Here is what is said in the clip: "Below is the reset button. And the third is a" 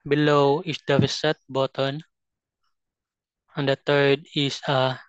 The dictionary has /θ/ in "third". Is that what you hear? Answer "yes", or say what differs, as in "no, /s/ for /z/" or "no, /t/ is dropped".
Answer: no, /t/ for /θ/